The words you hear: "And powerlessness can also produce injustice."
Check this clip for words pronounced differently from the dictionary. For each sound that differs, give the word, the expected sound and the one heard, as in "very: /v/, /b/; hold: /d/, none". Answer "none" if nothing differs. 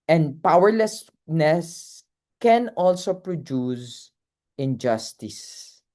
none